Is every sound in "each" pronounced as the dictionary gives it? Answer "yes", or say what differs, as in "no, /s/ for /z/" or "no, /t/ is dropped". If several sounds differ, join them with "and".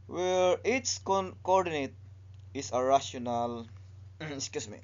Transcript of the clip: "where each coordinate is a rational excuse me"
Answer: no, /s/ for /tʃ/